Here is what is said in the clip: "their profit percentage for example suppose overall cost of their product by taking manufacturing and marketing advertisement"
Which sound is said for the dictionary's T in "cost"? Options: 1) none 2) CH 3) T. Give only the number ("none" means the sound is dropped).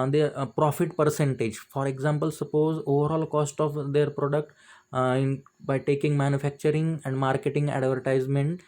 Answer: 3